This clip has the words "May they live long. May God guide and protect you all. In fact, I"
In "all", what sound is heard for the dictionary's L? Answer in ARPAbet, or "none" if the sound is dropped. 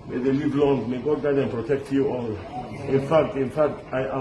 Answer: L